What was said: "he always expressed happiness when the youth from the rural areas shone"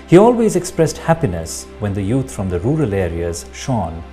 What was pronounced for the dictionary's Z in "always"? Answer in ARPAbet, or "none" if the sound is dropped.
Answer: Z